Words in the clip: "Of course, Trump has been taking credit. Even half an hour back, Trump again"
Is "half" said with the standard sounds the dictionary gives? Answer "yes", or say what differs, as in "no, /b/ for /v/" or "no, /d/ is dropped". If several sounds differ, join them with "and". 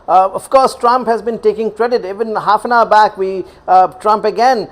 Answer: yes